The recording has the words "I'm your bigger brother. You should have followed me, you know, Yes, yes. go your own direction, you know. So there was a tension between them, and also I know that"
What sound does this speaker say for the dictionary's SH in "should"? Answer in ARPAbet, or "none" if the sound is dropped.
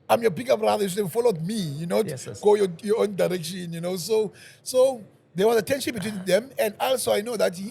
S